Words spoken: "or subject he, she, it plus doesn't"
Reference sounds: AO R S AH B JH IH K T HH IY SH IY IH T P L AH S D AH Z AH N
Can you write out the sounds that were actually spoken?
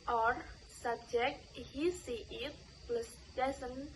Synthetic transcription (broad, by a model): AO R S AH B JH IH K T HH IY S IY IH T P L AH S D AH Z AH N